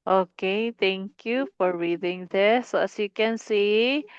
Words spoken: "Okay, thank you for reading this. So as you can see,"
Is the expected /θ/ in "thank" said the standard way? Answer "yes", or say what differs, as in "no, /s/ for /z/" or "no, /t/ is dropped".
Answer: no, /t/ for /θ/